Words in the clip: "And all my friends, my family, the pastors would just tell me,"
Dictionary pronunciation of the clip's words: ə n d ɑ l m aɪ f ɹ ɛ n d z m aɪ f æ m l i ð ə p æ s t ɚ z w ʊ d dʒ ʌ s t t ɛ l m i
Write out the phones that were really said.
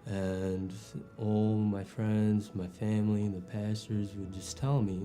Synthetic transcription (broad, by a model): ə n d ɑ l m aɪ f ɹ ɛ n d z m aɪ f æ m l i ð ə p æ s t ɚ z w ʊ d dʒ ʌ s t t ɛ l m i